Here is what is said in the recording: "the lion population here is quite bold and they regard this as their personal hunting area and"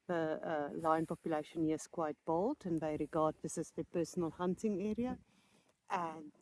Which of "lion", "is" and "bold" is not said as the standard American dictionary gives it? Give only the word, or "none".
is